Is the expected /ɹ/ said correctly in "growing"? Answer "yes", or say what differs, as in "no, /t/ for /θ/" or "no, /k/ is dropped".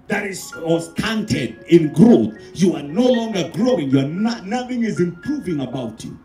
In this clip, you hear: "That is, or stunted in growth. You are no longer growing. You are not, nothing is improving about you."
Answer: yes